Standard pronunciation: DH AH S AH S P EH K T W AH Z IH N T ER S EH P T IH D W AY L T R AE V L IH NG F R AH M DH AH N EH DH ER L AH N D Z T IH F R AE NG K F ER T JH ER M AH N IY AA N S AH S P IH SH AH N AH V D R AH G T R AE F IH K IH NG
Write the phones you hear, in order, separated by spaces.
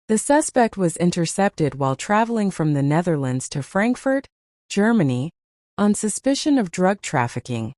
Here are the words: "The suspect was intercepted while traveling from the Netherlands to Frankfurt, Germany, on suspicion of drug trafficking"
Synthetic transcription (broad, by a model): DH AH S AH S P EH K T W AH Z IH N T ER S EH P T IH D W AY L T R AE V L IH NG F R AH M DH AH N EH DH ER L AH N D Z T IH F R AE NG K F ER T JH ER M AH N IY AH N S AH S P IH SH AH N AH V D R AH G T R AE F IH K IH NG